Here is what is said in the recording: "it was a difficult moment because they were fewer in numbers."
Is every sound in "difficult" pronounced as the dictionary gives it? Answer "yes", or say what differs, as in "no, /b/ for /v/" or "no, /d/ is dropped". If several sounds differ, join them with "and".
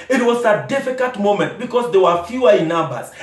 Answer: no, /l/ is dropped